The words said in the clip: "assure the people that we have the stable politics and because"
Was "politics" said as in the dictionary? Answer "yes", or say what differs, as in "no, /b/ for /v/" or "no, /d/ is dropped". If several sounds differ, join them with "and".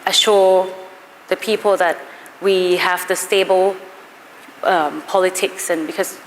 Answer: yes